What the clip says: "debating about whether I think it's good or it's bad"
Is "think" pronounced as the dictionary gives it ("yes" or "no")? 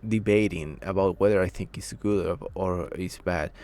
yes